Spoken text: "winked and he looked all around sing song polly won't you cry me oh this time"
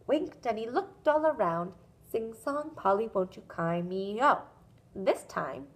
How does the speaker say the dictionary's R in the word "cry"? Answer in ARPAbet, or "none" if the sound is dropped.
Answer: none